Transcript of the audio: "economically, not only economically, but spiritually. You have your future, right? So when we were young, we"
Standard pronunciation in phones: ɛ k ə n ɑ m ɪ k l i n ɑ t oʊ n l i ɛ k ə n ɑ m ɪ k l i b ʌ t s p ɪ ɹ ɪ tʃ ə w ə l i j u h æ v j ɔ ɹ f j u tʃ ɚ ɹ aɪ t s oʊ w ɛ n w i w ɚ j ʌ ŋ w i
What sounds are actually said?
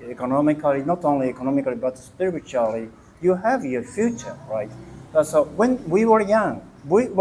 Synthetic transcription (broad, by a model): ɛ k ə n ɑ m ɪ k l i n ɑ t oʊ n l i ɛ k ə n ɑ m ɪ k l i b ʌ t s p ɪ ɹ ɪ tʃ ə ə l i j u h æ v j ɔ ɹ f j u tʃ ɚ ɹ aɪ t s oʊ w ɛ n w i w ɚ j ʌ ŋ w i